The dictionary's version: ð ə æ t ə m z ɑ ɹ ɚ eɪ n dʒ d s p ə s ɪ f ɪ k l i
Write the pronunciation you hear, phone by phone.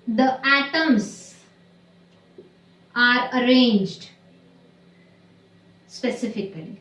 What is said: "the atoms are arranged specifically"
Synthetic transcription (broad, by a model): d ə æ t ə m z ɑ ɹ ɚ eɪ n dʒ d s p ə s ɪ f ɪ k l i